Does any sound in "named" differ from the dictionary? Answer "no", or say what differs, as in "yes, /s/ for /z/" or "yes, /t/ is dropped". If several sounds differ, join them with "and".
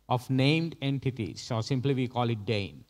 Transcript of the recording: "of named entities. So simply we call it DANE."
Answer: no